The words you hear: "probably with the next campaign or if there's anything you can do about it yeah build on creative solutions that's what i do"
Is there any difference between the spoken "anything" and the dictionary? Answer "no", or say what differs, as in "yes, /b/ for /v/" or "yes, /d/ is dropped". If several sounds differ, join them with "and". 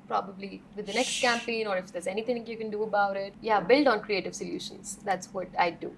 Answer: yes, /t/ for /θ/